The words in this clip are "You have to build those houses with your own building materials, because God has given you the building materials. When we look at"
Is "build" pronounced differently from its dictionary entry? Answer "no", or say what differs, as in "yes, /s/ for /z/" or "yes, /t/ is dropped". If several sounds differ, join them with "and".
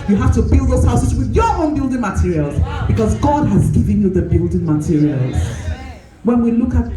no